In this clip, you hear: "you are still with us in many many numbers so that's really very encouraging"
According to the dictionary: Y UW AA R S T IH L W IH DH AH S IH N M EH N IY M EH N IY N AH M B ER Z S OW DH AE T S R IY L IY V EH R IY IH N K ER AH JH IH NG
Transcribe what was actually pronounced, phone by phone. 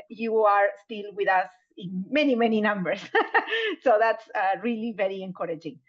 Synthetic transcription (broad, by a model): Y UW AA R S T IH L W IH DH AH S IH N M EH N IY M EH N IY N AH M B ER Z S OW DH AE T S R IY L IY V EH R IY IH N K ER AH JH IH NG